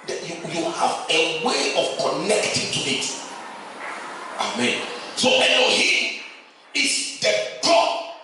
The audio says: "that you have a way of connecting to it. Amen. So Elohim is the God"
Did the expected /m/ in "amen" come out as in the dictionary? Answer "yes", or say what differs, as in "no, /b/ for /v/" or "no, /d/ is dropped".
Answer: yes